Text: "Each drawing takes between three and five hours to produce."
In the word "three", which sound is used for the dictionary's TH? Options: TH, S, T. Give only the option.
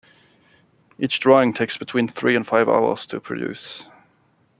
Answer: TH